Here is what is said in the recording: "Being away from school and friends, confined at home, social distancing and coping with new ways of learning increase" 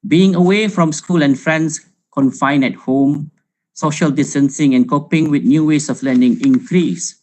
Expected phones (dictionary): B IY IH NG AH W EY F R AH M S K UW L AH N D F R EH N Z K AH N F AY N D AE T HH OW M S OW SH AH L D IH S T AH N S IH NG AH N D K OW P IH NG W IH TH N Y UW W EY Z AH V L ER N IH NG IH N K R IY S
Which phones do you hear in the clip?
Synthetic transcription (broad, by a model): B IY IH NG AH W EY F R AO M S K UW L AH N F R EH N S K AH N F AY N EH T HH OW M S OW SH AH L D IH S T AH N S IH NG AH N K OW P IH NG W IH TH N Y UW W EY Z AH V L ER N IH NG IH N K R IY S